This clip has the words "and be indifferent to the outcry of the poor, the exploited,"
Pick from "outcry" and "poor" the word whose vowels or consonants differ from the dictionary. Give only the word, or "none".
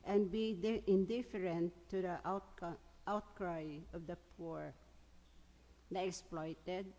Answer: none